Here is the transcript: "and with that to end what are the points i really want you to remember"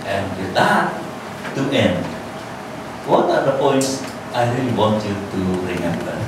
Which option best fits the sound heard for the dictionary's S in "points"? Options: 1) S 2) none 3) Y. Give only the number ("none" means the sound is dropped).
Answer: 2